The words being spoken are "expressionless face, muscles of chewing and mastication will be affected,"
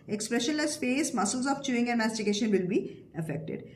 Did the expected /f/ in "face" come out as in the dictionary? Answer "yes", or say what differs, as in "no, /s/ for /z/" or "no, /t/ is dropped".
no, /p/ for /f/